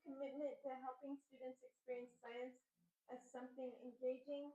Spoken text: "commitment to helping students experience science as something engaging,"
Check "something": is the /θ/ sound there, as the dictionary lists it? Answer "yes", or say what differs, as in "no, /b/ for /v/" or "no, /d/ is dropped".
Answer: yes